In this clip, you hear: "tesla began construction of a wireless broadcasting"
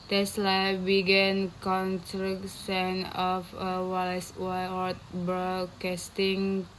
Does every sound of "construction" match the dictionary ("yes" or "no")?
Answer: no